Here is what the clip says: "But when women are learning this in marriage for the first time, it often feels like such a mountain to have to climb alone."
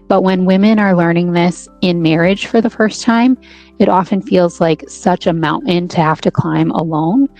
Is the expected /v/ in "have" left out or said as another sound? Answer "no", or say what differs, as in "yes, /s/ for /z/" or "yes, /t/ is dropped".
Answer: yes, /f/ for /v/